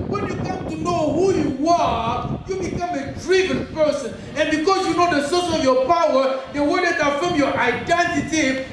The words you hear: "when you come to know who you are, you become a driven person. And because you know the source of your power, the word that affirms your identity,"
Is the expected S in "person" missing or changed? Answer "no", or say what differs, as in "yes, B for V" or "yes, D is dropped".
no